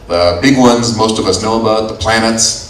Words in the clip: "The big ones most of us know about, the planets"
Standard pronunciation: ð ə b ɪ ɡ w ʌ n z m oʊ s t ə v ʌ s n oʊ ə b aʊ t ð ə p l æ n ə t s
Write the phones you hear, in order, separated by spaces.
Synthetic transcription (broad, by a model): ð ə b ɪ ɡ w ʌ n z m oʊ s t ə v ʌ s n oʊ ə b aʊ t ð ə p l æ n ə t s